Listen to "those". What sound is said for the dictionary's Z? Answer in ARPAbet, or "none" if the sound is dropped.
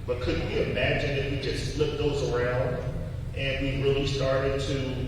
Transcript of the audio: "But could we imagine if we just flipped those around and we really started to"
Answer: Z